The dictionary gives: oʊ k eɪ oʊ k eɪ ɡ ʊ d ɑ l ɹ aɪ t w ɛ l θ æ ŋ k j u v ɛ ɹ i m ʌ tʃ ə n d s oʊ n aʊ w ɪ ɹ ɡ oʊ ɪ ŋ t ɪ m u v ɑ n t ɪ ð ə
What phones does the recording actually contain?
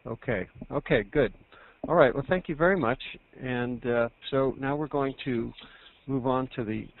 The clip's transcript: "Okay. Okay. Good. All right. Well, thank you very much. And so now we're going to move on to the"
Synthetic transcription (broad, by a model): oʊ k eɪ oʊ k eɪ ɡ ʊ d ɑ l ɹ aɪ t w ɛ l θ æ ŋ k j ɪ v ɛ ɹ i m ʌ tʃ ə n s oʊ n aʊ w ɪ ɹ ɡ oʊ ɪ ŋ t ɪ m u v n t ɪ ð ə